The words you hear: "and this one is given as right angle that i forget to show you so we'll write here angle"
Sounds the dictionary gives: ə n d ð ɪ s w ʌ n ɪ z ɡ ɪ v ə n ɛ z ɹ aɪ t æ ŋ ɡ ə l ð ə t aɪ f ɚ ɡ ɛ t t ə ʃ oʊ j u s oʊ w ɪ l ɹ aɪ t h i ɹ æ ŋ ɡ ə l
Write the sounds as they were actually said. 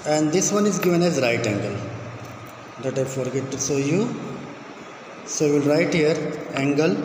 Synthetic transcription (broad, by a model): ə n d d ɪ s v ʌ n ɪ z ɡ ɪ v ə n ɛ z ɹ aɪ t æ ŋ ɡ ə l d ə t aɪ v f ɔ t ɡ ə s oʊ j u s oʊ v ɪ l ɹ aɪ t h i ɹ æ ŋ ɡ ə l